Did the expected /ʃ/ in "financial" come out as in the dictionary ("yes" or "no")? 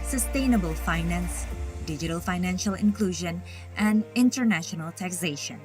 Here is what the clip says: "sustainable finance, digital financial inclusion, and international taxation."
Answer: yes